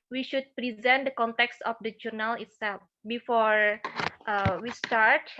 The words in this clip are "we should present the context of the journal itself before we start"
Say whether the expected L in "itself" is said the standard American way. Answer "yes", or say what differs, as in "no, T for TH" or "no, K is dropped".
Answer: yes